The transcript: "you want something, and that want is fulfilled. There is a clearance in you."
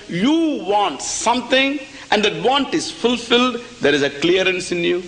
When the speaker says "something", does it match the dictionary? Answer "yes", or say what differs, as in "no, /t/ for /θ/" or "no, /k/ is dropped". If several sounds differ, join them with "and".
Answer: no, /t/ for /θ/